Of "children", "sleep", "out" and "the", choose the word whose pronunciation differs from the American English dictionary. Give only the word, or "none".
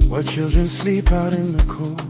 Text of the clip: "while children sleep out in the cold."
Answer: none